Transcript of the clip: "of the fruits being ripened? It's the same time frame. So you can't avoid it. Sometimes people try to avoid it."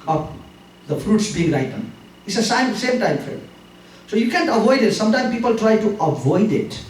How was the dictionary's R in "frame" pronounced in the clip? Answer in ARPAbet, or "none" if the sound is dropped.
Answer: none